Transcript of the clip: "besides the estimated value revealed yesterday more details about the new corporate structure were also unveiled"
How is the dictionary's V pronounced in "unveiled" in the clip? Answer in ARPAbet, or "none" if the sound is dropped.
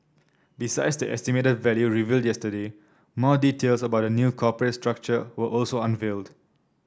V